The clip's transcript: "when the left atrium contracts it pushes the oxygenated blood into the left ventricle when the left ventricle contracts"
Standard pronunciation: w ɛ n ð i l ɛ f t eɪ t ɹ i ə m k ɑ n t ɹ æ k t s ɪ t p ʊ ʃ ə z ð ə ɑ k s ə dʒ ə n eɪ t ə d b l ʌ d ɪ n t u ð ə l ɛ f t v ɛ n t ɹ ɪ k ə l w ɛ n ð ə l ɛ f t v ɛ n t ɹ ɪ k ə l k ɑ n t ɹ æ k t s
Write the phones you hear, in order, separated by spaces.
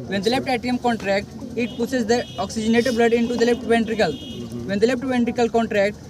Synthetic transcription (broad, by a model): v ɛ n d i l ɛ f t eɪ t i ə m k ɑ n t ɹ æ k t ɪ t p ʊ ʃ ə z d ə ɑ k s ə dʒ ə n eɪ t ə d b l ʌ d ɪ n t u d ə l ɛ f t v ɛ n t ɹ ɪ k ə l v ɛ n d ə l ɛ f t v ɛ n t ɹ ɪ k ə l k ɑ n t ɹ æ k t